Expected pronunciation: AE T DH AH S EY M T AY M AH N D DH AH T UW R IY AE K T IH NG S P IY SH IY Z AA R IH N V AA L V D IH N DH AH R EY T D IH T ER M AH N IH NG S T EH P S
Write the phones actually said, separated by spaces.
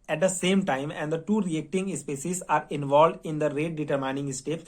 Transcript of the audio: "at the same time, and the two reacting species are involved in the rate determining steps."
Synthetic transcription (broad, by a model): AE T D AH S EY M T AY M AH N D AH T UW R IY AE K T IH NG S P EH S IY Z AA R IH N V AA L V D IH N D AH R EY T D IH T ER M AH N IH NG S T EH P